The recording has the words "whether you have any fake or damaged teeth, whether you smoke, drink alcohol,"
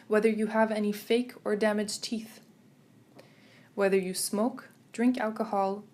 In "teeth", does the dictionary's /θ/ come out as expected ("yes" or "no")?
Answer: yes